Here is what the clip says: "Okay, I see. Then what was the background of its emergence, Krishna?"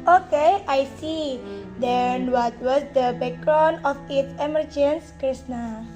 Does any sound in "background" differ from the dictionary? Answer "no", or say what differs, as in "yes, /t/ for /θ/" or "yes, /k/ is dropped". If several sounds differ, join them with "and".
yes, /d/ is dropped